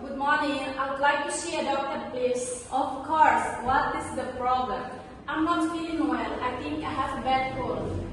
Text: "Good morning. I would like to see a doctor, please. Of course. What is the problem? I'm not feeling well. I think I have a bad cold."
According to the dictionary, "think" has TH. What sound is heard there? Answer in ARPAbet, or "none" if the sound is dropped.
T